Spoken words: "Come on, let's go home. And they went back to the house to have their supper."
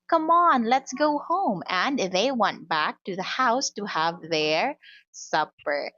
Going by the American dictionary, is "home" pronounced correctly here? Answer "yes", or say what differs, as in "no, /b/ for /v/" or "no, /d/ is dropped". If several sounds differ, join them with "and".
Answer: yes